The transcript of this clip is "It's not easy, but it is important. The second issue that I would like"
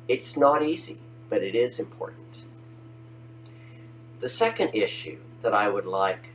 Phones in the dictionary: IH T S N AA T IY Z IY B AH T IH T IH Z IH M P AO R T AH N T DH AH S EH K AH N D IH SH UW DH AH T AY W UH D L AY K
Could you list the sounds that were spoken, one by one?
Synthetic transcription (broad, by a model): IH T S N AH T IY Z IY B AH T IH T IH Z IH M P AO R T N T DH AH S EH K AH N D IH SH UW DH AH T AY W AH D L AY K